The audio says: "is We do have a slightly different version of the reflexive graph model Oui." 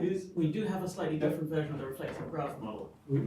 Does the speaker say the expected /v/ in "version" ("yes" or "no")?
yes